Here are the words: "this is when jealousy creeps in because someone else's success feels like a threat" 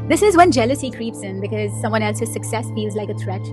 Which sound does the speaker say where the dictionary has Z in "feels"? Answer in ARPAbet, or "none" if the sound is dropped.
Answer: Z